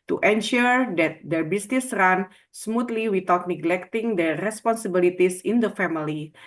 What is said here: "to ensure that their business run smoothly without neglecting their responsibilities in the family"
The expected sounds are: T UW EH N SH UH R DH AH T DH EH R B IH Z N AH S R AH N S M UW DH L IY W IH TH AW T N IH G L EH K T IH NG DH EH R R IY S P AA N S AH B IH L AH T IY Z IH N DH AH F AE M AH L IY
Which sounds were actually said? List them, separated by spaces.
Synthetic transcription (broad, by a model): T UW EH N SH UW R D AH T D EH R B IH S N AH S R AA N S M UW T L IY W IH T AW T N IH G L EH K T IH NG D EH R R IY S P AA N S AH B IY L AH T IY S IH N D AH F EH M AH L IY